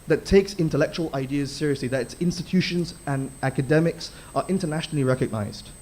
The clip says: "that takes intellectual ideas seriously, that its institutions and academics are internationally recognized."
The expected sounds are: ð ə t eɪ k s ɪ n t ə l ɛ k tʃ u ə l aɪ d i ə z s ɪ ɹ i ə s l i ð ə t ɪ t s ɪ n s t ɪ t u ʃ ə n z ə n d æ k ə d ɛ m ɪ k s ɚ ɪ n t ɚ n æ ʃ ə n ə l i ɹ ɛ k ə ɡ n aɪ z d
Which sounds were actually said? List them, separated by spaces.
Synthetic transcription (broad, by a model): ð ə t eɪ k s ɪ n t ə l ɛ k tʃ u ə l aɪ d i ə z s ɪ ɹ i ə s l i ð ə t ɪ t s ɪ n s t ɪ t u ʃ ə n z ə n æ k ə d ɛ m ɪ k s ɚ ɪ n t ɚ n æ ʃ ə n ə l i ɹ ɛ k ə ɡ n aɪ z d